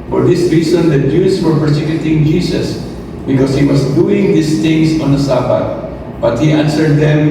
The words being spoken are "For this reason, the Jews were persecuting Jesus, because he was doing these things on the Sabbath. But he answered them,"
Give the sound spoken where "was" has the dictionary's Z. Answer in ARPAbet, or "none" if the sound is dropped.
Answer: S